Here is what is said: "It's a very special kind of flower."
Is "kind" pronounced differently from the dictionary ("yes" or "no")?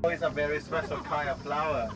yes